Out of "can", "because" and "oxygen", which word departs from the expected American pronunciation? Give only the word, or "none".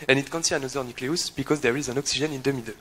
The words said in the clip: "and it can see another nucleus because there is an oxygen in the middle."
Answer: oxygen